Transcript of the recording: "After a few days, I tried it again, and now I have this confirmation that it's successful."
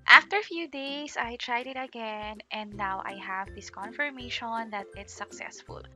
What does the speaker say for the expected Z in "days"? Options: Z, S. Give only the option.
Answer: S